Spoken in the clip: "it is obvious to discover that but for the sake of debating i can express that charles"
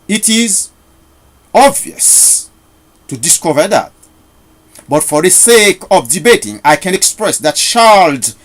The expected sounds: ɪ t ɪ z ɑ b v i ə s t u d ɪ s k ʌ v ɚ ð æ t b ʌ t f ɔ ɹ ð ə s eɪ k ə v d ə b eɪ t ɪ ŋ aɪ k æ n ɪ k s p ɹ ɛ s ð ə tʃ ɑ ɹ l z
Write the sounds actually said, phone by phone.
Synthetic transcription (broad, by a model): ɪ t ɪ z ɑ b v i ə s t u d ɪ s k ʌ v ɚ ð æ t b ʌ t f ɔ ɹ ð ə s eɪ k ə v d ə b eɪ t ɪ ŋ aɪ k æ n ɪ k s p ɹ ɛ s ð ə tʃ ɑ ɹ l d